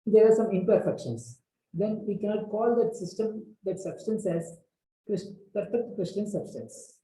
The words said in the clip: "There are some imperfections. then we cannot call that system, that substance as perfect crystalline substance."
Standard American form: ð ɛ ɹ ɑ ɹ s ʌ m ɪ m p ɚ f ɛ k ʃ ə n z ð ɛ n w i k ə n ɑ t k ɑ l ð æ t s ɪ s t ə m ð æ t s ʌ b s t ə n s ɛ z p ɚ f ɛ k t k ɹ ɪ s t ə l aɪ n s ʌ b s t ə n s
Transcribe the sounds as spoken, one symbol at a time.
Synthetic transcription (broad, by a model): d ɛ ɹ ɑ ɹ s ʌ m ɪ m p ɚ f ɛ k ʃ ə n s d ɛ n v i k ə n ɑ t k ɑ l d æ t s ɪ s t ə m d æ t s ʌ b s t ə n s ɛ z p ɚ f ɛ k t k ɹ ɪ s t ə aɪ n s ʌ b s t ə n s